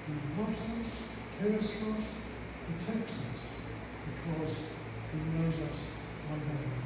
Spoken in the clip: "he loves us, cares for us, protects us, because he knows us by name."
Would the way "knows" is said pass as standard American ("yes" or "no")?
yes